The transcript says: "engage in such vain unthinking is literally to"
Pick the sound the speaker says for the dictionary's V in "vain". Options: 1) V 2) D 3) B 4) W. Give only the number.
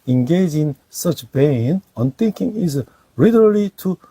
3